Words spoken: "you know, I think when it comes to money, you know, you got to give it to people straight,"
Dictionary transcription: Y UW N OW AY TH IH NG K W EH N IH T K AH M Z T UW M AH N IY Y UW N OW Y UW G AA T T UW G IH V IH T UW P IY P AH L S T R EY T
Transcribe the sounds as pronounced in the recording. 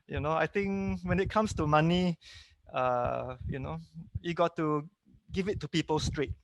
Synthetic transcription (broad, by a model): Y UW N OW AY T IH NG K W EH N IH T K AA M S T UW M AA N IY Y UW N OW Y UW G AA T T UW G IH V IH T UW P IY P AH L S T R EY T